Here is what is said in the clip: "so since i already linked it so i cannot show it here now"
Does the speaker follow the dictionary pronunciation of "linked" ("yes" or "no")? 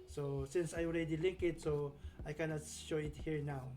no